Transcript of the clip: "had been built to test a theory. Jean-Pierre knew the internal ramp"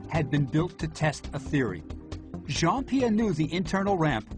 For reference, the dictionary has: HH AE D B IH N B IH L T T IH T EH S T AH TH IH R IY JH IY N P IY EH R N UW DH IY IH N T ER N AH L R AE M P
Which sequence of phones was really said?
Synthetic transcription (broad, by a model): HH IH D B IH N B IH L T T IH T EH S T AH TH IH R IY ZH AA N P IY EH N UW DH IY IH N T ER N L R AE M P